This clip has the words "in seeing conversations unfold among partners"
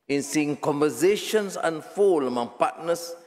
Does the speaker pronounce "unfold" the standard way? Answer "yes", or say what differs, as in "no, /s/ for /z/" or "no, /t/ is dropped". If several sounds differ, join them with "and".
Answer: no, /d/ is dropped